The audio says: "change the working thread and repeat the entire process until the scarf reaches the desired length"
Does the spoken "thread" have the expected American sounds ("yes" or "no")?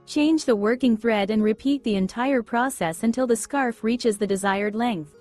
yes